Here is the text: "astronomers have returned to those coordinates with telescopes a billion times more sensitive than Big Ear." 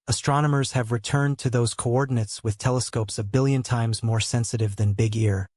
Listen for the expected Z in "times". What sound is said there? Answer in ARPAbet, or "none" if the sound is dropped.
Z